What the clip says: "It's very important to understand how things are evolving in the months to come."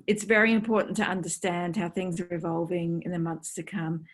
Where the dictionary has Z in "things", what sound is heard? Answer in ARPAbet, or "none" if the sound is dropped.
Z